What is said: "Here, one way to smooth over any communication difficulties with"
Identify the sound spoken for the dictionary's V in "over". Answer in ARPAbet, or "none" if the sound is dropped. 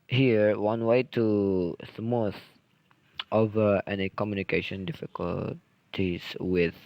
V